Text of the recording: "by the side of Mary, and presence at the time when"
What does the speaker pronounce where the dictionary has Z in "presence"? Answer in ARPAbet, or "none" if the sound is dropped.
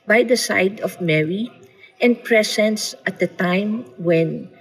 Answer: S